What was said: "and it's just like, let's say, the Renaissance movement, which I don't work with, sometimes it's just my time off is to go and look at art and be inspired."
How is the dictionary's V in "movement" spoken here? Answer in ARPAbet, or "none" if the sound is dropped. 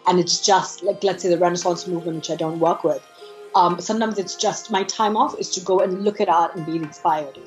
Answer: V